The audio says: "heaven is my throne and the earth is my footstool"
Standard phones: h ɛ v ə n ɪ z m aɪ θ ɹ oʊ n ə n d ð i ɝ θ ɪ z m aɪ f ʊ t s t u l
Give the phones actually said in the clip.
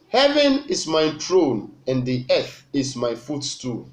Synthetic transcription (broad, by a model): h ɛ v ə n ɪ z m aɪ t ɹ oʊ n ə n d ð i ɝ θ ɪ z m aɪ f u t s t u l